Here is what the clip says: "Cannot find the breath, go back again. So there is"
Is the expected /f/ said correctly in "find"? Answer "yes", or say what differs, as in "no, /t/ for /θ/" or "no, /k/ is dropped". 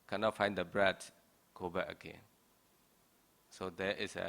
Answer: yes